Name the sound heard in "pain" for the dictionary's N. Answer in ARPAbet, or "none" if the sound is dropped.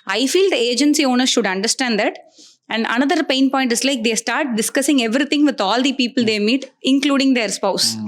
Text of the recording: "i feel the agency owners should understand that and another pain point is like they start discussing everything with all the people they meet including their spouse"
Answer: N